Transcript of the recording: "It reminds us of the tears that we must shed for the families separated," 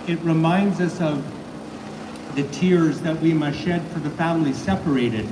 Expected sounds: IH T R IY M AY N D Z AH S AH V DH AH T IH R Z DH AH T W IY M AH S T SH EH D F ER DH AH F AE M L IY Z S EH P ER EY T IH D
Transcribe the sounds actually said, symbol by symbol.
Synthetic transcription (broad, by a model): IH T R IY M AY N D Z AH S AH V DH AH T IH R Z DH AH T W IY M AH SH EH D F ER DH AH F AE M L IY S EH P ER EY T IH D